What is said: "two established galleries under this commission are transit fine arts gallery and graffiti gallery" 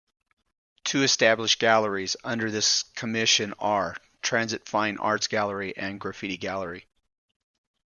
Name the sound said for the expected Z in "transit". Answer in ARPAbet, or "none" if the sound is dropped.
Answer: Z